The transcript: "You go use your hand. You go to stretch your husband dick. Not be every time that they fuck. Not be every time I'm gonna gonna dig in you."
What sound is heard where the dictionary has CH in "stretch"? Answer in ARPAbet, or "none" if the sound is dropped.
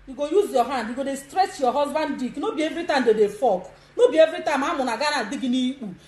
S